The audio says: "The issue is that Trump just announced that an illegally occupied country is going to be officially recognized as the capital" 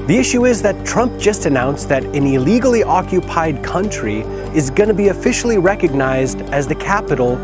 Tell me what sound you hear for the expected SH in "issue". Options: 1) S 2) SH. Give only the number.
2